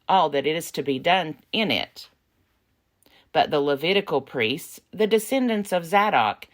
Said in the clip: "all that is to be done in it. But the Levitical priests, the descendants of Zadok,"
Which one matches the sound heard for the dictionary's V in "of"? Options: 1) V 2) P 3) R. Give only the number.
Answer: 1